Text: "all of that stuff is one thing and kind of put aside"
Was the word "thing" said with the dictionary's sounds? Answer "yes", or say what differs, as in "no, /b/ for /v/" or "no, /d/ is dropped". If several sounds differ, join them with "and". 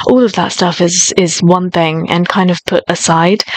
yes